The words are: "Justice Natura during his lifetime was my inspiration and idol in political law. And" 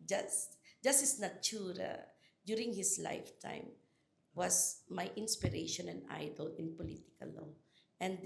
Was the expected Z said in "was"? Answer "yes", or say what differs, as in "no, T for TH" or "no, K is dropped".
no, S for Z